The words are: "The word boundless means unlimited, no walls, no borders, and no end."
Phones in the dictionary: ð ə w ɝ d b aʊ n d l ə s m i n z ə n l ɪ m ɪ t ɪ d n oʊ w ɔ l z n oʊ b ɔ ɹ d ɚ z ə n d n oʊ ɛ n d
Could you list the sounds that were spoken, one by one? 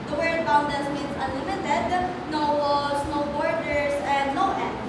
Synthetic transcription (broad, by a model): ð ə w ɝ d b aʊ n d ə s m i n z ə n l ɪ m ɪ t ɪ d n oʊ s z n oʊ b ɔ ɹ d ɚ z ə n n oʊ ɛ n